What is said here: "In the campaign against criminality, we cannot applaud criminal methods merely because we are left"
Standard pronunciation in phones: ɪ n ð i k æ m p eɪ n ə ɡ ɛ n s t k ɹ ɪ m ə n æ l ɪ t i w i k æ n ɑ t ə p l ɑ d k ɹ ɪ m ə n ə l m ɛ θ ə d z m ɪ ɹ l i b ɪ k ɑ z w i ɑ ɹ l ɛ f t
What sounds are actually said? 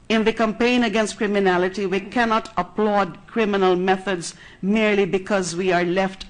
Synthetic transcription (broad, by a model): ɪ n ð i k æ m p eɪ n ə ɡ ɛ n s t k ɹ ɪ m ə n æ l ɪ t i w i k æ n ɑ t ə p l ɑ d k ɹ ɪ m ə n ə l m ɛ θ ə d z m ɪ ɹ l i b ɪ k ɑ z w i ɑ ɹ l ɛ f t